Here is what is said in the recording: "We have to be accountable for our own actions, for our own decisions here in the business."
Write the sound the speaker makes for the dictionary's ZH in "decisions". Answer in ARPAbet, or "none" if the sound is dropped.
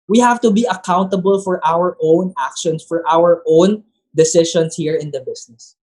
SH